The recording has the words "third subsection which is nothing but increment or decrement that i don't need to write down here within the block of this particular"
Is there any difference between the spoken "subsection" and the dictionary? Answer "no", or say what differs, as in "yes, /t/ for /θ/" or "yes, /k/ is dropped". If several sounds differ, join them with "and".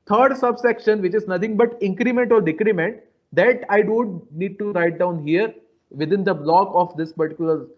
no